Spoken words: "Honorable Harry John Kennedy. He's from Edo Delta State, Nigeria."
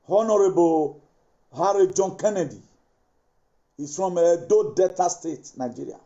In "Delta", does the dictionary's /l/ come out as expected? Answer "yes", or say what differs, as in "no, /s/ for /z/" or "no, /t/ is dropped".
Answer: no, /l/ is dropped